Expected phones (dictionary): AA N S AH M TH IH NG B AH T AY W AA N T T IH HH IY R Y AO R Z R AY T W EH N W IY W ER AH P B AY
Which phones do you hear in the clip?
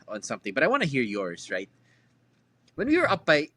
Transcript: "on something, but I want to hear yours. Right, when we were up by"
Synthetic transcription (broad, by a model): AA N S AH M TH IH NG B AH T AY W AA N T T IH HH IY R Y AO R Z R AY T W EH N W IY W ER AH P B AY